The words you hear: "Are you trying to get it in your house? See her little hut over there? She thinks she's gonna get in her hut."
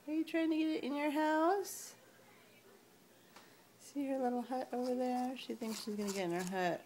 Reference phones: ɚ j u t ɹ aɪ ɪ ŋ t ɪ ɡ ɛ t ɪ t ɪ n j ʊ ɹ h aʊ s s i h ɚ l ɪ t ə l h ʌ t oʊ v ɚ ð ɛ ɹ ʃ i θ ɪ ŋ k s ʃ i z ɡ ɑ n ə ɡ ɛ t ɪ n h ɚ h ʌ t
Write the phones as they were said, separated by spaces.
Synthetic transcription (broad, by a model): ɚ j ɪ t ɹ aɪ ɪ ŋ t ɪ ɡ ɛ t ɪ t ɪ n j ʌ ɹ h aʊ s s i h ɚ l ɪ t l h ʌ t oʊ v ɚ ð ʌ ɹ ʃ i θ ɪ ŋ k s ʃ i z ɡ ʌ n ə ɡ ɛ t ɪ n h ɚ h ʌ t